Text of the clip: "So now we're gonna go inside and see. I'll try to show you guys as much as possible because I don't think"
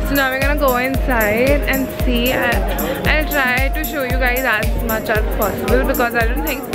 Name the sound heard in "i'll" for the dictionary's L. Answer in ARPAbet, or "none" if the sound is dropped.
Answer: N